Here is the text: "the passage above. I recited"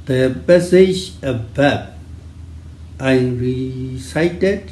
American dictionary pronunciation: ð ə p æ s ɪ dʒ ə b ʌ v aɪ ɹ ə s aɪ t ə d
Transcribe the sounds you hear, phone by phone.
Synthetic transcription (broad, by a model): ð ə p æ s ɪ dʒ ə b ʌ b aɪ ɹ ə s aɪ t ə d